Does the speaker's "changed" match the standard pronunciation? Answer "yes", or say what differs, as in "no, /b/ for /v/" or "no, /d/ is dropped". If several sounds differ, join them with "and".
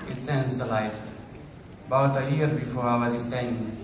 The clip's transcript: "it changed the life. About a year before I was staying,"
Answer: no, /s/ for /tʃ/